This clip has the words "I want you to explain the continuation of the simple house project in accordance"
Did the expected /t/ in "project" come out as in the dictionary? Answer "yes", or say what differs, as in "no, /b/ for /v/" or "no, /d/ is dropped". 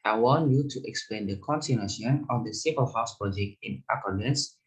no, /t/ is dropped